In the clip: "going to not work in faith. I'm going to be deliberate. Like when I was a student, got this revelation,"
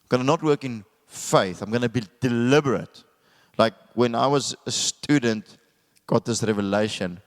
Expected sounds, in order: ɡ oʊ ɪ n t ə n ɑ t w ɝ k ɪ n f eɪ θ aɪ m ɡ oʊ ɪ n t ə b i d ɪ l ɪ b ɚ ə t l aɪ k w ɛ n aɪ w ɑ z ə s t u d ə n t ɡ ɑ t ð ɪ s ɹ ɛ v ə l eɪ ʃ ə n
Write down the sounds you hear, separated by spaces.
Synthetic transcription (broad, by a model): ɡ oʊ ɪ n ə n ɑ t w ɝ k ɪ n f eɪ θ aɪ m ɡ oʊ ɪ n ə b i d ɪ l ɪ b ɚ ə t l aɪ k w ɛ n aɪ w ɑ z ə s t u d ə n t ɡ ɑ t ð ɪ s ɹ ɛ v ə l eɪ ʃ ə n